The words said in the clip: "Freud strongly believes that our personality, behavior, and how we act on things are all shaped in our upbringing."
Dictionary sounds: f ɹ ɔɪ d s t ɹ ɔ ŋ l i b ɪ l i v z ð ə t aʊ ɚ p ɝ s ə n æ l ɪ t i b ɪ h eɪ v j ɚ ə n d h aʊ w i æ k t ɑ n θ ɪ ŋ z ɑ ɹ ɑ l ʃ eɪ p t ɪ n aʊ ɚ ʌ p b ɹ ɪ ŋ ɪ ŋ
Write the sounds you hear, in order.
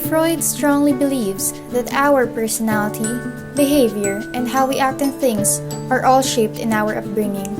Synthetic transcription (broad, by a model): f ɹ ɔɪ d s t ɹ ɔ ŋ l i b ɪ l i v s ð ə t aʊ ɚ p ɝ s ə n æ l ɪ t i b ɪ h eɪ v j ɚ ə n d h aʊ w i æ k t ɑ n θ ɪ ŋ s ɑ ɹ ɑ l ʃ eɪ p t ɪ n aʊ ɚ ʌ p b ɹ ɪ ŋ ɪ ŋ